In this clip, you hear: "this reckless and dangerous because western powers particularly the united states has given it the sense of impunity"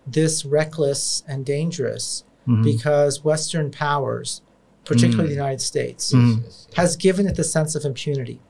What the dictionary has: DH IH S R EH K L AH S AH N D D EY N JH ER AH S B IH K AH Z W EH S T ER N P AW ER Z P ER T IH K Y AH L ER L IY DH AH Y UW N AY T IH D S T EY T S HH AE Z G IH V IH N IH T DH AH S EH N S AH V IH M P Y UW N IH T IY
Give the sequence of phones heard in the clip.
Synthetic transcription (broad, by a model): DH IH S R EH K L AH S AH N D D EY N JH ER AH S B IH K AH Z W EH S T ER N P AW ER Z P ER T IH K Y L L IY DH AH Y UW N AY T IH D S T EY T S HH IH Z G IH V IH N IH T DH AH S EH N S AH V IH M P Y UW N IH T IY